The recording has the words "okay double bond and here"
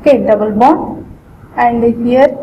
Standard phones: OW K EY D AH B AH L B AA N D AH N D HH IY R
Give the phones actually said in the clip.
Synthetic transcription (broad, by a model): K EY D AH B AH L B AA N AH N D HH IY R